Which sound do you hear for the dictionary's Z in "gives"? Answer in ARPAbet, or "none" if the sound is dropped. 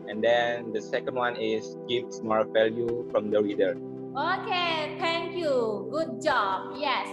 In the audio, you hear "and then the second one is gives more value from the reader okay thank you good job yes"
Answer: S